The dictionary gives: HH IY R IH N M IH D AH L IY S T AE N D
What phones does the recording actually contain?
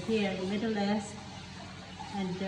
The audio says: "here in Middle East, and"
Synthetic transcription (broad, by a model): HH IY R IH M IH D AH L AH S AE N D